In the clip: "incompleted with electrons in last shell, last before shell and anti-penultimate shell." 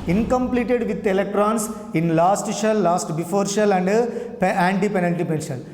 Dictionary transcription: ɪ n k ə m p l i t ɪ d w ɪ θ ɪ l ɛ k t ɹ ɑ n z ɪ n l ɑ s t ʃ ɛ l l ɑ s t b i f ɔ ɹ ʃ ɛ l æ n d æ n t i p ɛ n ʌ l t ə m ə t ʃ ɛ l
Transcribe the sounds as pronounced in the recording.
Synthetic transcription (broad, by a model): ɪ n k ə m p l i t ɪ d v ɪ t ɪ l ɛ k t ɹ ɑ n s ɪ n l ɑ s t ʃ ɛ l l ɑ s t b i f ɔ ɹ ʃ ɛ l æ n d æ n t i p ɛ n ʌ n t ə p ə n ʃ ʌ l